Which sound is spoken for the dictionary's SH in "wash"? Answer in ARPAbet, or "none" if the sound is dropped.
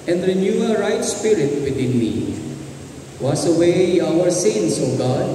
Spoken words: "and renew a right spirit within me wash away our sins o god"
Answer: S